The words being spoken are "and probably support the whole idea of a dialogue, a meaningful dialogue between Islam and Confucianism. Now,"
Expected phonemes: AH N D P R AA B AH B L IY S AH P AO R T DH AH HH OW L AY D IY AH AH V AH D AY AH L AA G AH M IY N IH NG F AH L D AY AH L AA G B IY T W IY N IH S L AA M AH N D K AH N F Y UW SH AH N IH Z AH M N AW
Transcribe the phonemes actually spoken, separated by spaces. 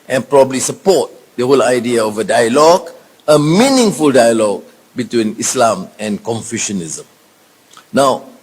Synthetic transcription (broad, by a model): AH N P R AA B AH B L IY S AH P AO T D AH HH OW L AY D IY AH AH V AH D AY AH L AA G AH M IY N IH NG F AH L D AY AH L AA G B IY T W IY N IH S L AA M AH N K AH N F Y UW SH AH N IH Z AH M N AW